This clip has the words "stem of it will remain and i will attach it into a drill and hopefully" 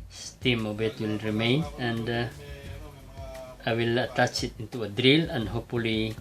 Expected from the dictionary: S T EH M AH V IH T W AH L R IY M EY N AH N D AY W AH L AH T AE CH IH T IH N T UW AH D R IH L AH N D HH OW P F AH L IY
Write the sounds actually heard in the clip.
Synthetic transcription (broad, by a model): S T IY M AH B IH T W AH L R IY M EY N AH N D AY W AH L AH T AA CH IH T IH N T UW AH D R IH L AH N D HH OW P F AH L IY